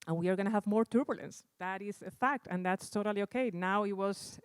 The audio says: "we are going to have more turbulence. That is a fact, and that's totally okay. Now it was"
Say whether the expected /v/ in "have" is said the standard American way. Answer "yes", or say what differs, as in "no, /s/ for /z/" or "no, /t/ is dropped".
yes